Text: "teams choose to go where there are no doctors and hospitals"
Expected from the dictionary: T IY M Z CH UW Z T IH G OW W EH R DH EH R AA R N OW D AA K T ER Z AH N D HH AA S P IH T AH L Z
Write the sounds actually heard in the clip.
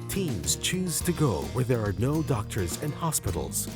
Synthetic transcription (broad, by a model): T IY M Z CH UW Z T IH G OW W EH R DH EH R AA R N OW D AA K T ER Z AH N HH AA S P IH T L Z